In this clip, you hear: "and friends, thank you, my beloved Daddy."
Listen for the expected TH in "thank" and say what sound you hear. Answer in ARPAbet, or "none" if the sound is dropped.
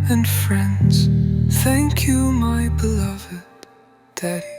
TH